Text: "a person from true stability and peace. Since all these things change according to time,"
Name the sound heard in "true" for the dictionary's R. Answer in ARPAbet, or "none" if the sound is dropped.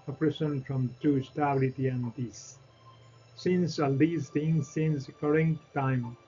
none